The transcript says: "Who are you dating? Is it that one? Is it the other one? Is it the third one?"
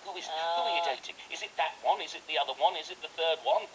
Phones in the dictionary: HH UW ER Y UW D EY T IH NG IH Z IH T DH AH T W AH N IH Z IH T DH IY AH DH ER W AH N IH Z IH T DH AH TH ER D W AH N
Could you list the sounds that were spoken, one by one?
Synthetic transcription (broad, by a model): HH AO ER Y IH D EY T IH NG IH Z IH T DH AH T W AH N IH Z IH T DH IY AH DH ER W AH N IH Z IH T DH AH TH ER D W AH N